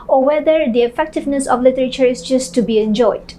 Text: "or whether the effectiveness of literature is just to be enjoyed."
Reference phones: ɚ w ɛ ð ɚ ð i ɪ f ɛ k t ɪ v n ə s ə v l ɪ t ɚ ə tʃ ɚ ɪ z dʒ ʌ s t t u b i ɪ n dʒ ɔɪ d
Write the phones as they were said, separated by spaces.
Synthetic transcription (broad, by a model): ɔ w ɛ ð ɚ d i ɪ f ɛ k t ɪ v n ə s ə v l ɪ t ɚ ə tʃ ɚ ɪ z dʒ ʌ s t t u b i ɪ n dʒ ɔɪ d